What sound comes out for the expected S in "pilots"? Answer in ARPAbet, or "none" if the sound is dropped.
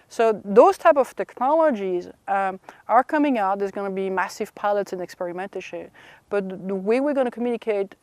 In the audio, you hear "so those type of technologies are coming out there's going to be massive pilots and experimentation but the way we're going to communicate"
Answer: S